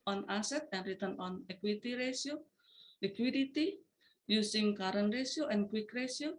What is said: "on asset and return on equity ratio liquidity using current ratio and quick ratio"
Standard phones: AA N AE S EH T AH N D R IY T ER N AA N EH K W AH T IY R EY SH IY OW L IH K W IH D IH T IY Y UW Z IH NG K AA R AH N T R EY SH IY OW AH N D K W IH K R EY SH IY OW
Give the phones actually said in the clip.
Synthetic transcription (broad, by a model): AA N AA S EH T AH N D R IY T ER N AA N EH K W AH T IY R EY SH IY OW L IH K W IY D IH T IY Y UW S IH NG K AA R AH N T R EY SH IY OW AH N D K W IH K R EY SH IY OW